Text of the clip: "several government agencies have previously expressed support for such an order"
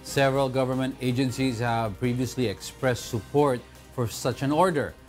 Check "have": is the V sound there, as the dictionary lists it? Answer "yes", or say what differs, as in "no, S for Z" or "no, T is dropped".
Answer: yes